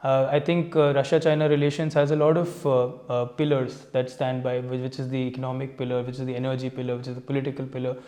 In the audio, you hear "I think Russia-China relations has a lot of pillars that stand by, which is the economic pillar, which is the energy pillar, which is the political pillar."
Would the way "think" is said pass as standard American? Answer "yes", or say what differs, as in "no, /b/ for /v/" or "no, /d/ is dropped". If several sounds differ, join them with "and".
no, /t/ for /θ/